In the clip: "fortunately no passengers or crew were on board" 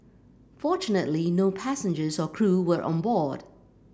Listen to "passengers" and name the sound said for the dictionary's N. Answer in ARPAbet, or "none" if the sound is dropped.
N